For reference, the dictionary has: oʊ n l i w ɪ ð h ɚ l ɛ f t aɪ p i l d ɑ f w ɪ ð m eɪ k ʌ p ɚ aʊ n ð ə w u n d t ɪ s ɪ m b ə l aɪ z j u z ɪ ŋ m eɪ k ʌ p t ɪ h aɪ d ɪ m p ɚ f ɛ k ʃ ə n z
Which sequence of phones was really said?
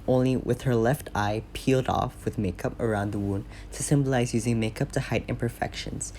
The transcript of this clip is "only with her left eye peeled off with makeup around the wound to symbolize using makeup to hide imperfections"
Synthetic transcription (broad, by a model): oʊ n l i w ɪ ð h ɚ l ɛ f t aɪ p i l d ɑ f w ɪ ð m eɪ k ʌ p ɚ aʊ n ð ə w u n t ɪ s ɪ m b ə l aɪ z j u z ɪ ŋ m eɪ k ʌ p t ɪ h aɪ d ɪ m p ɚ f ɛ k ʃ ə n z